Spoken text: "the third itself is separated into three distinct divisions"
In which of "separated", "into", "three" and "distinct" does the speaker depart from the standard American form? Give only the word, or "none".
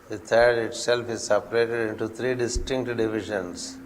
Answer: three